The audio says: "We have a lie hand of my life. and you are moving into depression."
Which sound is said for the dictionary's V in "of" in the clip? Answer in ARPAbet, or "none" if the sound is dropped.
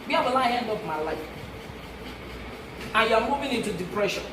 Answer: P